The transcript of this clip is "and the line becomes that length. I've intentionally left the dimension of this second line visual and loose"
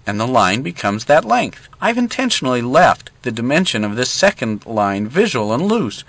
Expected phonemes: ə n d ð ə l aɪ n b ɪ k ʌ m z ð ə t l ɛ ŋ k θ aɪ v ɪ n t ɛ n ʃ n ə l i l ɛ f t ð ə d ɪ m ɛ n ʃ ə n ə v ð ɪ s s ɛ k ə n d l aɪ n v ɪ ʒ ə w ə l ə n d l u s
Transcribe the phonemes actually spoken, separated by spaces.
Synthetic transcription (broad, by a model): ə n ð ə l aɪ n b ɪ k ʌ m z ð ə t l ɛ ŋ k θ aɪ v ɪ n t ɛ n ʃ n l i l ɛ f t ð ə d ɪ m ɛ n ʃ ə n ə v ð ɪ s s ɛ k ə n d l aɪ n v ɪ ʒ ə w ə l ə n l u s